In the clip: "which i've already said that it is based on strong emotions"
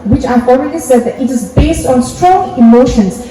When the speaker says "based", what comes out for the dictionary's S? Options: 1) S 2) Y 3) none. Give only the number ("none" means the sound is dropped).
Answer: 1